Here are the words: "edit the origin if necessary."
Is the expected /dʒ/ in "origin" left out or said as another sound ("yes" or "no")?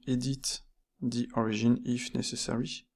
yes